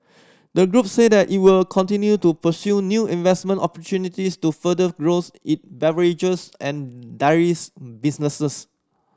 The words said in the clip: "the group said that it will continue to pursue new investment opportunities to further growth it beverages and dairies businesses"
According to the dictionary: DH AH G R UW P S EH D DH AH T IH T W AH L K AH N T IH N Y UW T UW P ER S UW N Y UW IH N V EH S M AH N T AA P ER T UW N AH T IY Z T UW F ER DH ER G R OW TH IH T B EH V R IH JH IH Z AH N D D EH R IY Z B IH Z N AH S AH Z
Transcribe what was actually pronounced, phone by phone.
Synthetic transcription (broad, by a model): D AH G R UW P S EH D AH T IH T W AH L K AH N T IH N Y UW T UW P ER S UW N Y UW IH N V EH S M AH N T AA P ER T UW N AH T IY S T UW F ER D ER G R OW S IH T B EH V R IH JH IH S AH N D D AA R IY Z B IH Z N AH S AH S